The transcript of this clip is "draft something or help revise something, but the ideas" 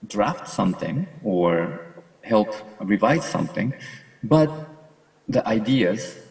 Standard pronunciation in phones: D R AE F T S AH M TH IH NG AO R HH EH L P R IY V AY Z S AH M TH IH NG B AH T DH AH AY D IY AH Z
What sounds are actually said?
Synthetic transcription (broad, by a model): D R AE F T S AH M TH IH NG AO R HH EH L P R IY V AY Z S AH M TH IH NG B AH T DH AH AY D IY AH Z